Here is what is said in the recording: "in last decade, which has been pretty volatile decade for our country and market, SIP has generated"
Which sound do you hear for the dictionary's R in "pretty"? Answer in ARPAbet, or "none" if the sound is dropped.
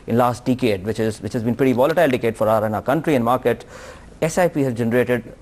R